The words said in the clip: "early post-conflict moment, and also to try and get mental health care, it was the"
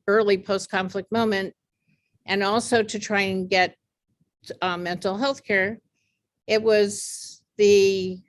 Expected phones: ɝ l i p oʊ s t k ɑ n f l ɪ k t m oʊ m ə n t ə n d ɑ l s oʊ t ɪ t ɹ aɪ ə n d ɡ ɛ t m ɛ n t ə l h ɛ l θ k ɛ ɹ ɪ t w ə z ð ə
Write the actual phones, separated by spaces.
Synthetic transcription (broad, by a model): ɝ l i p oʊ s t k ɑ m f l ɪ k t m oʊ m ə n t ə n ɑ l s oʊ t ɪ t ɹ aɪ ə n ɡ ɛ t m ɛ n t l h ɛ l θ k ɛ ɹ ɪ t w ə z ð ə